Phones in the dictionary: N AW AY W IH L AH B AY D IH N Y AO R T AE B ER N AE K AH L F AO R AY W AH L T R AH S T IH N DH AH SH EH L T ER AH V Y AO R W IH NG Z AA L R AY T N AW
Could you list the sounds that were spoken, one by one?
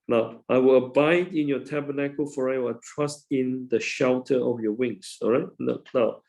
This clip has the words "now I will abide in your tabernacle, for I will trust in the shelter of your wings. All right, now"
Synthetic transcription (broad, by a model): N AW AY W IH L AH B AY D IH N Y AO T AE B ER N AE K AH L F AO R AY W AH T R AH S T IH N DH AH SH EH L T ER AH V Y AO W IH NG S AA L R AY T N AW